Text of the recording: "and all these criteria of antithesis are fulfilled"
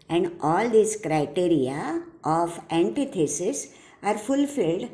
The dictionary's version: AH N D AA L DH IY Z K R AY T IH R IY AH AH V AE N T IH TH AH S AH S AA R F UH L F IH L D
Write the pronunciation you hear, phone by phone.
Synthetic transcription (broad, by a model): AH N D AA L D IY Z K R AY T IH R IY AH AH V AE N T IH T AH S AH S AA R F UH L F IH L D